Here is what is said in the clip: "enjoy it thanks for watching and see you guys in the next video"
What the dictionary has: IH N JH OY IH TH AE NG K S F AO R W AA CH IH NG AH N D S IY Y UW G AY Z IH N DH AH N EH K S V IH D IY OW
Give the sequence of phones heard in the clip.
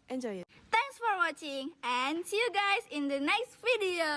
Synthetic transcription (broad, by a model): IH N JH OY IH T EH NG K S F AO R W AA CH IH NG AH N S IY Y UW G AY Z IH N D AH N EH K S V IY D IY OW